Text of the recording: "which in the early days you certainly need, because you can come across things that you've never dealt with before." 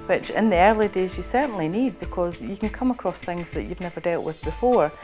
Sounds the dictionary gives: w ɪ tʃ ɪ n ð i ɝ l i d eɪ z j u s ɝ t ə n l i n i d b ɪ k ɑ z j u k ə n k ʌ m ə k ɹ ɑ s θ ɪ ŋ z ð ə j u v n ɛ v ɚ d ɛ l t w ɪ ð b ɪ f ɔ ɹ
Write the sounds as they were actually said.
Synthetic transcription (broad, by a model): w ɪ tʃ ɪ n ð i ɝ l i d eɪ z j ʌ s ɝ t n l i n i d b ɪ k ɑ z j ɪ k ə n k ʌ m ə k ɹ ɑ s θ ɪ ŋ z ð ə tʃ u v n ɛ v ɚ d ɛ l t w ɪ ð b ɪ f ɔ ɹ